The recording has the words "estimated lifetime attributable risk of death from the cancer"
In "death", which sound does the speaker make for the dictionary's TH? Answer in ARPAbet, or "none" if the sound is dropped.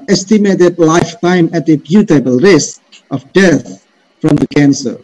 T